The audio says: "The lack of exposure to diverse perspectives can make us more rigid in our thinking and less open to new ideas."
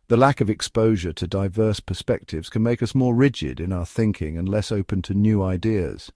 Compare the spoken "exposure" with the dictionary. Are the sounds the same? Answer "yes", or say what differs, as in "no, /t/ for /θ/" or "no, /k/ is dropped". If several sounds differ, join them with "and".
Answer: yes